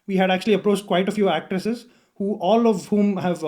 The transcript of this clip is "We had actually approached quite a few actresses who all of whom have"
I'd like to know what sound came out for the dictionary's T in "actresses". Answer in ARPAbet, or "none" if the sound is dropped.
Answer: T